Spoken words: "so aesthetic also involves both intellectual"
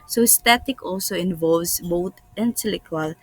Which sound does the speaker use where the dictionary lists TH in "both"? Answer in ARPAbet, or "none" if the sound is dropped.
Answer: T